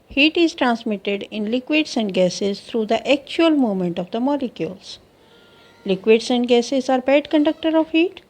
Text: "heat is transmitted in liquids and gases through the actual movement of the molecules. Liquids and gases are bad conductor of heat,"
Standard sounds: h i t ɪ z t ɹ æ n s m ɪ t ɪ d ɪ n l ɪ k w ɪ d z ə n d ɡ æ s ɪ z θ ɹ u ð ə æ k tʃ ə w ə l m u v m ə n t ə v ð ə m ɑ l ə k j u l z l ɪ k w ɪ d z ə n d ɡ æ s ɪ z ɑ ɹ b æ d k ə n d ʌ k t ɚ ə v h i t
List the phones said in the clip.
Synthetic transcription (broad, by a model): h i t ɪ z t ɹ æ n s m ɪ t ɪ d ɪ n l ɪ k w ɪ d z ə n d ɡ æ s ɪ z t ɹ u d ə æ k tʃ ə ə l m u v m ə n t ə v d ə m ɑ l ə k j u l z l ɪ k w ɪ d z ə n d ɡ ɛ s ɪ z ɑ ɹ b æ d k ə n d ʌ k t ɚ ə v h i t